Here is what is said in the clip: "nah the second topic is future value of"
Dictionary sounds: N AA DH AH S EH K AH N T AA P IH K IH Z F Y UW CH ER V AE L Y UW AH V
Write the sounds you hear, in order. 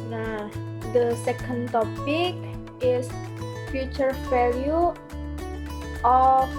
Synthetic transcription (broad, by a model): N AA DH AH S EH K AH N T AA P IH K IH S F Y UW CH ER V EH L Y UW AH